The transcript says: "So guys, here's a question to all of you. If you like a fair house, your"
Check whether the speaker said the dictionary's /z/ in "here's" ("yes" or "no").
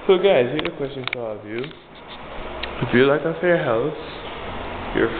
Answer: no